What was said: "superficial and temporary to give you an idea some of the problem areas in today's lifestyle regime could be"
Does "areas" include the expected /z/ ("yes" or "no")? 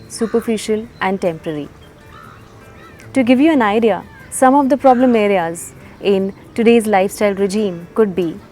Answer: yes